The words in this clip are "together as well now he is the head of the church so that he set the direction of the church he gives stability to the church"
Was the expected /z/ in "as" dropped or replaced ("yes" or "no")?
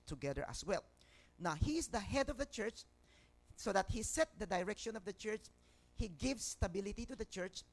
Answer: yes